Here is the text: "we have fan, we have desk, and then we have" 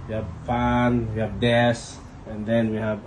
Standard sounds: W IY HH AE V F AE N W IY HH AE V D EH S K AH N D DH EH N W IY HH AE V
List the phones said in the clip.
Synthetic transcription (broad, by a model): W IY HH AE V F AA N W IY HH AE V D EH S AH N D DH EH N W IY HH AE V